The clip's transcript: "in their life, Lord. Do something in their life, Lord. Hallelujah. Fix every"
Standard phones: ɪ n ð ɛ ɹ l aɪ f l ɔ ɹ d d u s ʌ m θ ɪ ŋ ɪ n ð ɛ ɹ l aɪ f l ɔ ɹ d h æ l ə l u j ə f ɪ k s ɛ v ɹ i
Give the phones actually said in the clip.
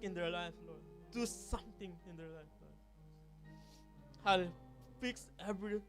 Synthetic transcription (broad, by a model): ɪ n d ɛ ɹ l aɪ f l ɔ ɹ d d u s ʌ m t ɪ ŋ ɪ n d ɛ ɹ l aɪ f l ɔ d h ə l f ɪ k s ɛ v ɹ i